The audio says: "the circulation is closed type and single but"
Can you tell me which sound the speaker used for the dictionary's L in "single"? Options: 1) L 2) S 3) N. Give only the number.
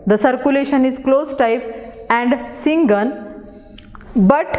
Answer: 3